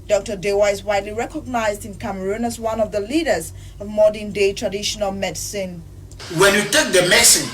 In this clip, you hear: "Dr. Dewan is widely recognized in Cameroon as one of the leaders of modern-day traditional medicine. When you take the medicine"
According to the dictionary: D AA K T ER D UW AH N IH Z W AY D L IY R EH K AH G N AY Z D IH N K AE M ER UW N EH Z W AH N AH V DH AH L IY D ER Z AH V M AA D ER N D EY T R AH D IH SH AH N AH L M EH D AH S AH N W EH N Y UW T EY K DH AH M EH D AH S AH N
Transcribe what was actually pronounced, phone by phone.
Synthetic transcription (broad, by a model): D AA K T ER D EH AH IH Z W AY D L IY R EH K AH G N AY Z D IH N K AE M ER UW N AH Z W AH N AH V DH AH L IY D ER Z AH V M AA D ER N D EY T R AH D IH SH AH N AH L M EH D S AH N W EH N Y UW T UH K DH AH M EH S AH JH